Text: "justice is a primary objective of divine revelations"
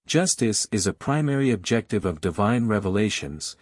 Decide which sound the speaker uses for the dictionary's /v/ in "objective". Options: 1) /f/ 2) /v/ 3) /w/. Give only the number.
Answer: 2